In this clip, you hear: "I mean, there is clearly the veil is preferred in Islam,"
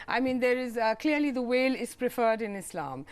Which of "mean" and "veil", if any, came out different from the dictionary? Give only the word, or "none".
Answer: veil